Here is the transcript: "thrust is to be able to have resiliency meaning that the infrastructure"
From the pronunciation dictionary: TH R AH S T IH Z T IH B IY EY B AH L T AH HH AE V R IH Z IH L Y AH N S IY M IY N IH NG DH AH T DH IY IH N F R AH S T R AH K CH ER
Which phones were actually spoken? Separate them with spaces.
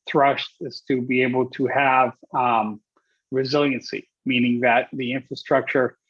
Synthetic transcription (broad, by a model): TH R AH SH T IH Z T IH B IY EY B L T AH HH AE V R IH Z IH L Y AH N S IY M IY N IH NG DH AH T DH IY IH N F R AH S T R AH K CH ER